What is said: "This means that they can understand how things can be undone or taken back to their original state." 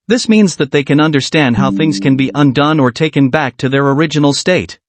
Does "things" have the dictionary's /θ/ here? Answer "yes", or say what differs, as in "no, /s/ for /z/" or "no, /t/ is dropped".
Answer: yes